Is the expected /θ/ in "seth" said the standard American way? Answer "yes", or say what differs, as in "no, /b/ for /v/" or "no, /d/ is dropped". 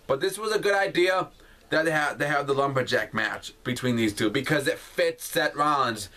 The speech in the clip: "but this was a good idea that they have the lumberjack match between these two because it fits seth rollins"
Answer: no, /t/ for /θ/